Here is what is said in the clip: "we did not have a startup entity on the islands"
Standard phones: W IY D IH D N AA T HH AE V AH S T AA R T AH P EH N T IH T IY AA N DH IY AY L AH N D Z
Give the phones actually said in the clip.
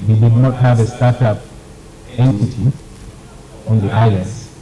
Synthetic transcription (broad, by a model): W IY D IH D N AA T HH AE V AH S T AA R T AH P EH N T IH T IY AA N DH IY AY L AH N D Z